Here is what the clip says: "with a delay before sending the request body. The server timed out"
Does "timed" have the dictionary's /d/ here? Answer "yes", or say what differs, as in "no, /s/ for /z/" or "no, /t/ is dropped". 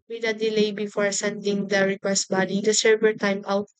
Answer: no, /d/ is dropped